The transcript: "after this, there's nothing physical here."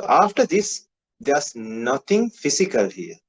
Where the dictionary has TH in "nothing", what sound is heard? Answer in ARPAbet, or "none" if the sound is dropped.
T